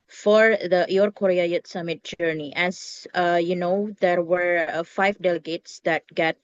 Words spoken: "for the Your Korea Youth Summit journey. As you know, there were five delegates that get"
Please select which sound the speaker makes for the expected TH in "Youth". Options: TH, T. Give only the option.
T